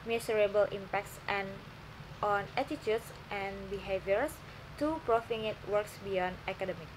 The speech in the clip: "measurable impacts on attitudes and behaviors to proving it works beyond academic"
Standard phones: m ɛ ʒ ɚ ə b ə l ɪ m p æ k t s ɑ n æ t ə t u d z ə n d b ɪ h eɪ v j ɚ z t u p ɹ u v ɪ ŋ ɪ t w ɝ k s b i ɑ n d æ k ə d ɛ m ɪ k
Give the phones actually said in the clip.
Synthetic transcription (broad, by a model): m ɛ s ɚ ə b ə l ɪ m p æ k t s ɑ n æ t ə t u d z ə n b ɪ h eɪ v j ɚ s t u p ɹ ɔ f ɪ ŋ ɪ t w ɝ k s b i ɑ n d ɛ k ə d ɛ m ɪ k